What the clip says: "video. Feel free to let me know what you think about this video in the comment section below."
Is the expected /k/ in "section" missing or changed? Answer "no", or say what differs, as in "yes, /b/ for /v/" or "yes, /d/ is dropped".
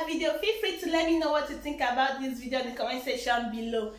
yes, /k/ is dropped